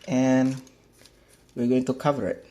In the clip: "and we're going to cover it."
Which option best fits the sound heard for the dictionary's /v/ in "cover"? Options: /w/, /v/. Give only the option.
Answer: /v/